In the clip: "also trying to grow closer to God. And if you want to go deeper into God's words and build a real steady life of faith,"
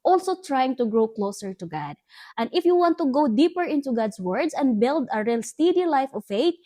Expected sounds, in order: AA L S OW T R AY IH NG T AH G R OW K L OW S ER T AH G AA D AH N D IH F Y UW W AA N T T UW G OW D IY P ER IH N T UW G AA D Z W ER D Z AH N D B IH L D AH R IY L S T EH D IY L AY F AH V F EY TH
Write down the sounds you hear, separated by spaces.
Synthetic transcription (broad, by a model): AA L S OW T R AY IH NG T AH G R OW K L OW S ER T AH G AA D AH N D IH F Y UW W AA N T T UW G OW D IY P ER IH N T UW G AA D S W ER D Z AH N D B IH L D AH R IY L S T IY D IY L AY F AH V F EY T